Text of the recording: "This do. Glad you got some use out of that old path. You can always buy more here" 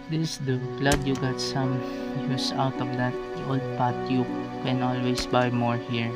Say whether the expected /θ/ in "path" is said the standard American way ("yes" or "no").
no